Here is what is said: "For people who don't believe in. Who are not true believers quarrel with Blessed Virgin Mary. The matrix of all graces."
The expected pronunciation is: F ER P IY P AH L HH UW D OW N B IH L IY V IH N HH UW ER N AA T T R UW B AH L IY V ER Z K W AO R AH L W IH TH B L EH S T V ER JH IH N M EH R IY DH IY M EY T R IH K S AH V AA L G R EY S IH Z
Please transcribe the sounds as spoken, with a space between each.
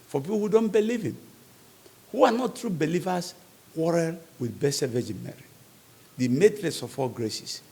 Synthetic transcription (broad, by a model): F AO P IY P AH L HH UW D OW N B IH L IY V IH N HH UW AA N AA T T R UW B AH L IY V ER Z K W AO R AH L W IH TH B EH S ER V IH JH M EH R IY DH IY M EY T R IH S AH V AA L G R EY S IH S